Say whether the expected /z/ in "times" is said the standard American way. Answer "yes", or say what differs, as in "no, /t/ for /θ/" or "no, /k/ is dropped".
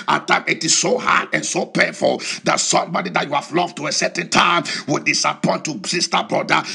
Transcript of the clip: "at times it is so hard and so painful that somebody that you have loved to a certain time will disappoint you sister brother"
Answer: no, /z/ is dropped